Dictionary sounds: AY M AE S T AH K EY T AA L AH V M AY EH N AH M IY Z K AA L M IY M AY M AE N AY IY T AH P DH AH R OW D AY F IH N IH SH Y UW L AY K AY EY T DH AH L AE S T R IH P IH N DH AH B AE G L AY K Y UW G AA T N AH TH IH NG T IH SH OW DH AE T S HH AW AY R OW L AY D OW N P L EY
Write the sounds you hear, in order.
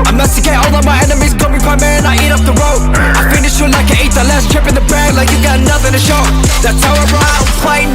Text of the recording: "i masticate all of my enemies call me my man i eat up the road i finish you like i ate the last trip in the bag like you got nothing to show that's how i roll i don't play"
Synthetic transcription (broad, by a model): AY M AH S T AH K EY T AA L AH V M AY EH N AH M IY Z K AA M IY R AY M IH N AY IY T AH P DH AH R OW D AY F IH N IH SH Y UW L AY K AY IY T DH AH L AE S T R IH P IH N DH AH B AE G L AY K Y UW G AA T N AH TH IH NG T IH SH OW DH AE T S HH AW AY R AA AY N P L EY